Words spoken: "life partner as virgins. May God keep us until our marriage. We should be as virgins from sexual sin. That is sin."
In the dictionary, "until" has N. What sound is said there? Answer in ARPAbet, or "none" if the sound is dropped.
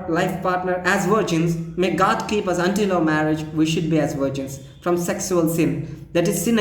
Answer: N